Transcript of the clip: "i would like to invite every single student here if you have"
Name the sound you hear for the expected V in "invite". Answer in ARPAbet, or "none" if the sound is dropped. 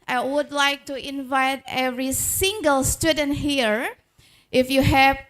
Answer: V